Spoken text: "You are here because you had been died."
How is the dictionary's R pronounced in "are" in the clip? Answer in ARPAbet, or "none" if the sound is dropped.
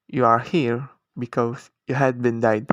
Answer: R